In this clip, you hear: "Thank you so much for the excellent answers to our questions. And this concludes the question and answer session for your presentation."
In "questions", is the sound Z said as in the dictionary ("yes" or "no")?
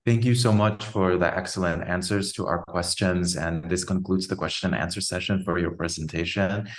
yes